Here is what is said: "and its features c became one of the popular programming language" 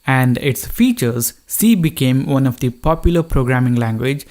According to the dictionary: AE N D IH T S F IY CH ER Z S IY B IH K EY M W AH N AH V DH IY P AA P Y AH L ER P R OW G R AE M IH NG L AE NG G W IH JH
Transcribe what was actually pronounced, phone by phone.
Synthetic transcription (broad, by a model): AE N D IH T S F IY CH ER Z S IY B IH K EY M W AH N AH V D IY P AA P Y AH L ER P R OW G R AE M IH NG L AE NG G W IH JH